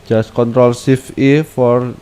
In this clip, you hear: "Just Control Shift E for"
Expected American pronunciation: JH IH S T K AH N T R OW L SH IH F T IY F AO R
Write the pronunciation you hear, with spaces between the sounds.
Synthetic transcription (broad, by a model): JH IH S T K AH N T R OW L S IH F IY F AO R